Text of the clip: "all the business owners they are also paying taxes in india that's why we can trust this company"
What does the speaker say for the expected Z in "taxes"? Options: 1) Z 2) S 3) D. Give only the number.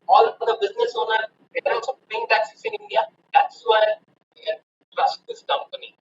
2